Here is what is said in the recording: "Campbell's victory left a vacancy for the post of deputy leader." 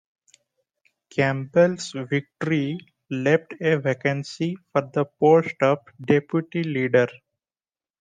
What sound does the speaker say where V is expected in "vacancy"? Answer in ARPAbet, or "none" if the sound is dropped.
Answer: V